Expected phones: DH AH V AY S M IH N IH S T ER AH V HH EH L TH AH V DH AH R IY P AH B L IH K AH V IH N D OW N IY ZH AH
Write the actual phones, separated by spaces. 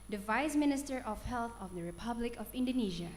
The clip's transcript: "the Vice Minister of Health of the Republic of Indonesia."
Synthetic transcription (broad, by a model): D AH V AY S M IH N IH S T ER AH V HH EH L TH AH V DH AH R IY P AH B L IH K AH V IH N D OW N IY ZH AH